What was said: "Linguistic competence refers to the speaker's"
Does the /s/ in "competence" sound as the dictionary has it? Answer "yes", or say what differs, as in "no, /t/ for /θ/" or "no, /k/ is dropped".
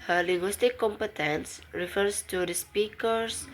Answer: yes